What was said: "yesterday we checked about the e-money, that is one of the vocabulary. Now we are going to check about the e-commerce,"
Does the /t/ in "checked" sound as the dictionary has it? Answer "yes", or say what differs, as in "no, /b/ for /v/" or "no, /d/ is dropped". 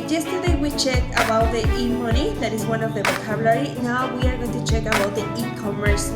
no, /t/ is dropped